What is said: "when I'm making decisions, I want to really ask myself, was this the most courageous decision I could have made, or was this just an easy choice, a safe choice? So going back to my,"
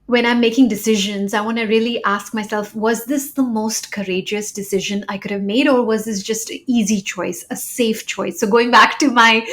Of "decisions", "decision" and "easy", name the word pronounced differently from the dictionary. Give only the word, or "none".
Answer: none